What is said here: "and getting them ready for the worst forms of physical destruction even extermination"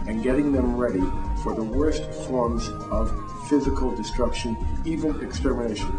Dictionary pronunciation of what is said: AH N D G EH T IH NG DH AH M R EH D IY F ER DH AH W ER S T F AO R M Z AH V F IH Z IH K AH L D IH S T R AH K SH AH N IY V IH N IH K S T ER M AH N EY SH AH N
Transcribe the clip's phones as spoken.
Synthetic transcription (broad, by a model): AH N G EH T IH NG DH AH M R EH D IY F ER DH AH W ER S T F AO R M Z AH V F IH Z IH K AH L D IH S T R AH K SH AH N IY V IH N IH K S T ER M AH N EY SH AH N